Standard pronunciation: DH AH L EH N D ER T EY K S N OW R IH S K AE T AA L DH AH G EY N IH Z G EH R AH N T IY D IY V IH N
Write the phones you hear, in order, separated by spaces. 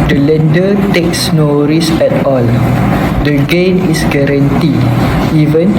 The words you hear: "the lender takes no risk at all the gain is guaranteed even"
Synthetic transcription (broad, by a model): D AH L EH N D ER T EY K S N OW R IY S EH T AA L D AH G EY N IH S G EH R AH N T IY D IY V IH N